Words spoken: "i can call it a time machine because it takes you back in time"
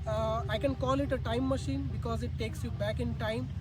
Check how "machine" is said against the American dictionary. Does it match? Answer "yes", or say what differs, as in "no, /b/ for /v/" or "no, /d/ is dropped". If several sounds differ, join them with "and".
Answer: yes